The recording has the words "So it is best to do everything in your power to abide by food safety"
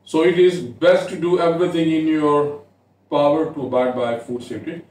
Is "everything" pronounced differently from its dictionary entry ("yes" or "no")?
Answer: yes